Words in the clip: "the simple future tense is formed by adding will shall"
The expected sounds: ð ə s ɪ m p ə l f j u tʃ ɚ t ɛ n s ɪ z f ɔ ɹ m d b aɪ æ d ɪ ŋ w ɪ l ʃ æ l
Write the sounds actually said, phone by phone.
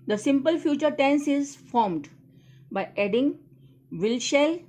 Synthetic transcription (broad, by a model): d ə s ɪ m p ə l f j u tʃ ɚ t ɛ n s ɪ z f ɔ ɹ m d b aɪ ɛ d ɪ ŋ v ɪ l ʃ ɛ l